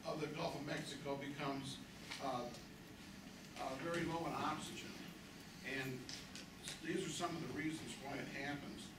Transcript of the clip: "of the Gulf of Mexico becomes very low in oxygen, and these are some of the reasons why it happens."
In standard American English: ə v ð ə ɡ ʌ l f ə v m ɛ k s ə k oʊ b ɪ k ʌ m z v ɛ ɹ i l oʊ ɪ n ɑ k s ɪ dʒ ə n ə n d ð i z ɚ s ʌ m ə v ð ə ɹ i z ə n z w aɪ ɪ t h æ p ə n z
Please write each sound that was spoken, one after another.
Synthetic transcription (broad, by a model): ə v ð ə ɡ ʌ l f ə v m ɛ k s ə k oʊ b ɪ k ʌ m z v ɛ ɹ i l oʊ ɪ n ɑ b s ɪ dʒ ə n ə n ð i z ɚ s ʌ m ə v ð ə ɹ i z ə n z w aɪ ɪ t h æ p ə n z